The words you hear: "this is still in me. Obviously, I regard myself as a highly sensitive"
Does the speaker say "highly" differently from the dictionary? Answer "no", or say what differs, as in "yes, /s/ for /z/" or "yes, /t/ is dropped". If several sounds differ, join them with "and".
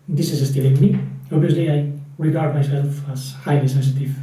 no